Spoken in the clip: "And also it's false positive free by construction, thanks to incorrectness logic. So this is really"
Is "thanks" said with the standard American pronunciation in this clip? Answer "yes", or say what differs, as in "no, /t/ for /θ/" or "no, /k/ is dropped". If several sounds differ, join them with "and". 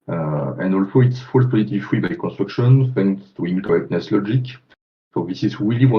no, /f/ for /θ/